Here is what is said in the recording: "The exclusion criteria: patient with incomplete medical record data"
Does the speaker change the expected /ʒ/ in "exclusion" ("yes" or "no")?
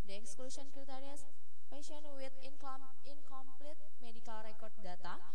yes